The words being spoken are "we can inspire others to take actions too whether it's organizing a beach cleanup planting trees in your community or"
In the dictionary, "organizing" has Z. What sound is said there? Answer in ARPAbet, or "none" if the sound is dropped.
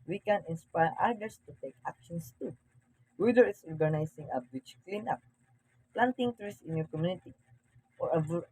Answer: S